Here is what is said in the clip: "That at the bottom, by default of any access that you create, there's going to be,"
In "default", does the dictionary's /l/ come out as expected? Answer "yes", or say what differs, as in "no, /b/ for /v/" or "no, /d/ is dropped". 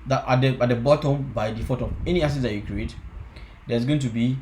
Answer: no, /l/ is dropped